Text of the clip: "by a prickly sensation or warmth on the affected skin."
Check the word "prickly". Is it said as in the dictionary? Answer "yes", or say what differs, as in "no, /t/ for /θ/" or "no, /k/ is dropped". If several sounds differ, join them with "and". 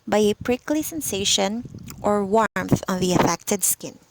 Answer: yes